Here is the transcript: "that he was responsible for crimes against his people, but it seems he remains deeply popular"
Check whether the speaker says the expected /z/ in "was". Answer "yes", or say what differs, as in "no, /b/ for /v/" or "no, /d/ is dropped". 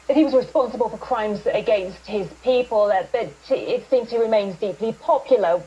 yes